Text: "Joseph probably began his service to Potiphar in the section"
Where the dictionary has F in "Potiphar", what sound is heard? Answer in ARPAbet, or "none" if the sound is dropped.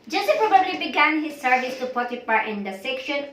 P